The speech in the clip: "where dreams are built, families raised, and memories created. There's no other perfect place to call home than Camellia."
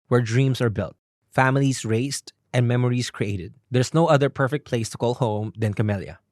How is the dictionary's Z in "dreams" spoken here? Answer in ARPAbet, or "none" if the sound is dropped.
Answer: S